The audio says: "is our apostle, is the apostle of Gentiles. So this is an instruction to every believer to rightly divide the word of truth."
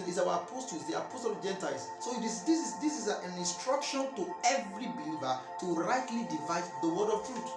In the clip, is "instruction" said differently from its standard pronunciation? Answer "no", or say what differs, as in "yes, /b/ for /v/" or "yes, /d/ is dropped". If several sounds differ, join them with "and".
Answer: no